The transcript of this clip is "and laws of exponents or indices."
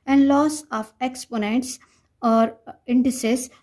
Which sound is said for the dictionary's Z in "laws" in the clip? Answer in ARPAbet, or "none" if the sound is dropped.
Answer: S